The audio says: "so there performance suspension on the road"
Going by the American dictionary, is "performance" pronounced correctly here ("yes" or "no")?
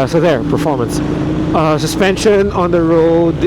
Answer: yes